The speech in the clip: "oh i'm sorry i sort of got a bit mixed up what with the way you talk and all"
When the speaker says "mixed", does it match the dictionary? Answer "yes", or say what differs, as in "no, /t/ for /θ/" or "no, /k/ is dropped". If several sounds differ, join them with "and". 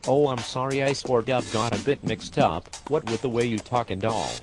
yes